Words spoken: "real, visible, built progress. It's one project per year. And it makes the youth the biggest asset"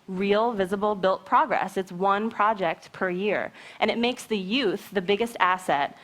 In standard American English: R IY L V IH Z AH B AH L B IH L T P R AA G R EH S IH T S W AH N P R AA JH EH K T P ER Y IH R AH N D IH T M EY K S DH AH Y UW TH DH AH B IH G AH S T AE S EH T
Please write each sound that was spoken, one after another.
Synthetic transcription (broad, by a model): R IY L V IH Z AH B L B IH L T P R AA G R EH S IH T S W AH N P R AA JH EH K T P ER Y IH R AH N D IH T M EY K S DH AH Y UW TH DH AH B IH G AH S T AE S EH T